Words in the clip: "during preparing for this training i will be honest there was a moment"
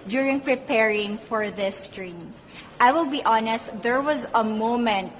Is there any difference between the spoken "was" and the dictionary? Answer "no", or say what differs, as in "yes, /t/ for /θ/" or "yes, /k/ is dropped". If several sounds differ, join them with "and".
no